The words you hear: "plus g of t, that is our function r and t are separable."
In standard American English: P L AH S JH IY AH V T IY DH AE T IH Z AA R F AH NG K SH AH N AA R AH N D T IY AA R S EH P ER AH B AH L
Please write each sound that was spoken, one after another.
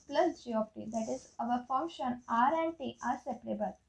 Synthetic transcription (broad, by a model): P L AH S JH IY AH P T IY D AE T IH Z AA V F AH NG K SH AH N AA R AH N D T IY AA R S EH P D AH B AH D